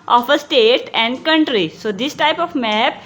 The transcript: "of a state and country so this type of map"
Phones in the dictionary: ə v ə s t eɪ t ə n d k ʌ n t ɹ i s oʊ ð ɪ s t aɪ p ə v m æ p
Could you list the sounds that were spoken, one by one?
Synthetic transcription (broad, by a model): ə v ə s t eɪ t ə n d k ʌ n t ɹ i s oʊ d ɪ s t aɪ p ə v m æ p